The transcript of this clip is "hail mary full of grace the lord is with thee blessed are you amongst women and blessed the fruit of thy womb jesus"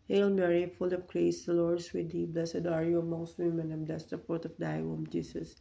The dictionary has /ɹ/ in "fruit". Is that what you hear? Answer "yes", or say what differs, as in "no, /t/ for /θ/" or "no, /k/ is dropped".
no, /ɹ/ is dropped